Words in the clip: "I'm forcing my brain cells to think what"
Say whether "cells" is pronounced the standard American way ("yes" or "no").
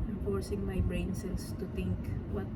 no